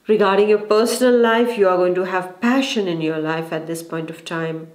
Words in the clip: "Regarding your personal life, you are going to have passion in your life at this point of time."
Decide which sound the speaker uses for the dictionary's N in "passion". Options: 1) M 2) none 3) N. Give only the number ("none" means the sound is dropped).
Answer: 3